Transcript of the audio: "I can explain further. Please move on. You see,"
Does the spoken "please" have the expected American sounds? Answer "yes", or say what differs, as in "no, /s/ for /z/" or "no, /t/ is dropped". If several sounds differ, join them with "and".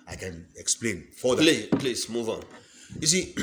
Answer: no, /s/ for /z/